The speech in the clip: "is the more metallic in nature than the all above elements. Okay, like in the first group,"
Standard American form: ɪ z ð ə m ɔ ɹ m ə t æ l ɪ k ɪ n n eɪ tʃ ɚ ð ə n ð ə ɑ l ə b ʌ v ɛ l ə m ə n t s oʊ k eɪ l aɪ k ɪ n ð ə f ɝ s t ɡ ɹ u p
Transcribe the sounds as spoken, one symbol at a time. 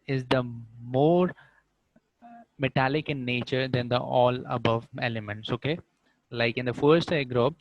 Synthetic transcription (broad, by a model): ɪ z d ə m ɔ ɹ m ə t æ l ɪ k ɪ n n eɪ tʃ ɚ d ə n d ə ɑ l ə b ʌ v ɛ l ə m ə n t s oʊ k eɪ l aɪ k ɪ n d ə f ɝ s t ɡ ɹ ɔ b